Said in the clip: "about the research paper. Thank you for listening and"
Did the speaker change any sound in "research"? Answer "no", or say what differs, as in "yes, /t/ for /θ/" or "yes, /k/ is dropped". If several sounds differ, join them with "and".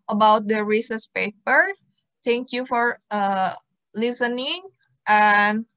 yes, /s/ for /tʃ/